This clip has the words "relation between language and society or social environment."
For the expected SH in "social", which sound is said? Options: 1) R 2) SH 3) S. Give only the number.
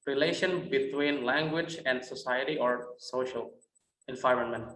2